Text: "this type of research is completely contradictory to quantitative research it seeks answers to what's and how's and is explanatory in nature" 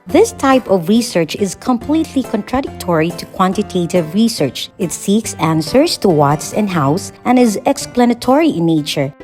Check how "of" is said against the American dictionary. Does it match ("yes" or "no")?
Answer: yes